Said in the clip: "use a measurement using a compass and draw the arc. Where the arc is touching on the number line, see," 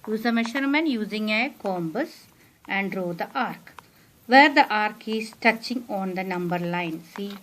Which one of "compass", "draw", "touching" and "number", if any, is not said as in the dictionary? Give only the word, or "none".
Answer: compass